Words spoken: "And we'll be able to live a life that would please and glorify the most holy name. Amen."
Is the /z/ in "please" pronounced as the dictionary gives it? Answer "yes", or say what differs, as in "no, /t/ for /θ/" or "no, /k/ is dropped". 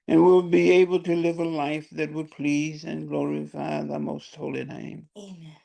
yes